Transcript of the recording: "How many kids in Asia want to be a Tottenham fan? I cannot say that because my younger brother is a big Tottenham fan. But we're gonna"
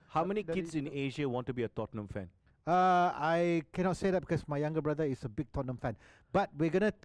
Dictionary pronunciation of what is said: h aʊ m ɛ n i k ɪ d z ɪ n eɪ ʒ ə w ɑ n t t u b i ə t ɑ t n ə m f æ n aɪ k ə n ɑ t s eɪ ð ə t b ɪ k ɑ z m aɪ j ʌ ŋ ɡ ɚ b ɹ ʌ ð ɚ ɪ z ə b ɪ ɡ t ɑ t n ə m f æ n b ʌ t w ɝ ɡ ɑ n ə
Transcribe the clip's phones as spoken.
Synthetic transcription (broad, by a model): h aʊ m ɛ n i k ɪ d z ɪ n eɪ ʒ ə w ɑ n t t u b i ə t ɑ t n ə m f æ n aɪ k ə n ɑ t s eɪ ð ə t b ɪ k ɑ s m aɪ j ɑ ŋ ɡ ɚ b ɹ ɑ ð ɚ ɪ s ə b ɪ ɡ t ɑ t n ə m f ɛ n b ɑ t w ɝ ɡ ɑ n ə